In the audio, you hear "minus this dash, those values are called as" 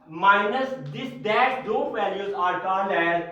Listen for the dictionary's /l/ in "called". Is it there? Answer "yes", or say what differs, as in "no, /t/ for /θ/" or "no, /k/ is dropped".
no, /n/ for /l/